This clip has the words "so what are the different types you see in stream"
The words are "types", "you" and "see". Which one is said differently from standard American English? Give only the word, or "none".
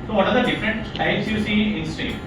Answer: types